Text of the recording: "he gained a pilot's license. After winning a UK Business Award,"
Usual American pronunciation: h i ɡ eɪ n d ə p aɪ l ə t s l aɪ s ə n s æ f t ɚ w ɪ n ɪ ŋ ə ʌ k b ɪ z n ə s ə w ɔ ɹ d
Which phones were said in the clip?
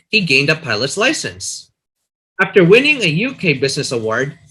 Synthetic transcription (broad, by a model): h i ɡ eɪ n d ə p aɪ l ə t s l aɪ s ə n s æ f t ɚ w ɪ n ɪ ŋ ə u k b ɪ z n ə s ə w ɔ ɹ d